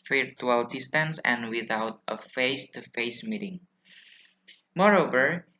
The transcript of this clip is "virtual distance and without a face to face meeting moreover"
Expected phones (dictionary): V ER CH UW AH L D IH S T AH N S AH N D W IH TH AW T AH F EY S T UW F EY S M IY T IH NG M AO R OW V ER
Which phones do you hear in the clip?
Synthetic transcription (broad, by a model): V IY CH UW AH L D IH S T AH N S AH N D W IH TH AW T AH F EY S T UW F EY S M IY T IH NG M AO R OW V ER